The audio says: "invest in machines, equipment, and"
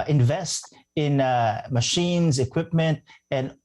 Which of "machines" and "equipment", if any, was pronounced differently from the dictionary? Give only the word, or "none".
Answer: none